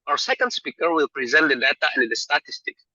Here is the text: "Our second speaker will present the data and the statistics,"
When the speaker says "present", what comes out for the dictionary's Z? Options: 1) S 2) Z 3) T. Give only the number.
2